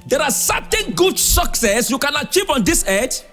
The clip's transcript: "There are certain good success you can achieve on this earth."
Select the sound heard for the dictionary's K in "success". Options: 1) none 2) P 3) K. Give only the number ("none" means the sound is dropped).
3